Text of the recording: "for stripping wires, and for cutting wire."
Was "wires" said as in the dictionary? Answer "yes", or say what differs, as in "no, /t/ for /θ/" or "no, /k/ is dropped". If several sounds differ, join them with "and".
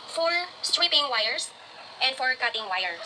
no, /s/ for /z/